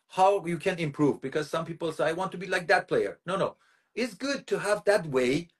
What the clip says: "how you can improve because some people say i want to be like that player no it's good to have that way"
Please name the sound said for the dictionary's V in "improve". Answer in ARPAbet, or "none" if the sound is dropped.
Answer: V